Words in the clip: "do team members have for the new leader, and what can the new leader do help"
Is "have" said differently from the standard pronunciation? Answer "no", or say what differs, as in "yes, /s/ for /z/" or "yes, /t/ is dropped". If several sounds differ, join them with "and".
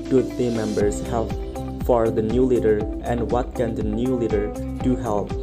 yes, /p/ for /v/